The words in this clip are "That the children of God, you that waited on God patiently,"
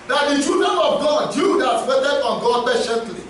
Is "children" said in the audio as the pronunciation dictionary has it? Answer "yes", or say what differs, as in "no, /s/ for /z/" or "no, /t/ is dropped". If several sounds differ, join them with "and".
no, /l/ is dropped and /ɹ/ is dropped